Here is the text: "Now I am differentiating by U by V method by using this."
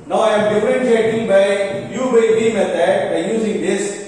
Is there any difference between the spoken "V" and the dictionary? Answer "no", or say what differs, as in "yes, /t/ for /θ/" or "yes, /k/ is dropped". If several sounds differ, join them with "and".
yes, /b/ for /v/